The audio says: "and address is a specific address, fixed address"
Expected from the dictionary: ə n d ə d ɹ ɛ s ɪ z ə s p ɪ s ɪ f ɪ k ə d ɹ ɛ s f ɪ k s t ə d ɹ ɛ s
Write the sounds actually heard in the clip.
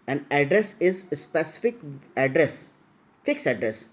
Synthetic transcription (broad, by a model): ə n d ə d ɹ ɛ s ɪ z s p ɪ s ɪ f ɪ k ə d ɹ ɛ s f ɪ k s ə d ɹ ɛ s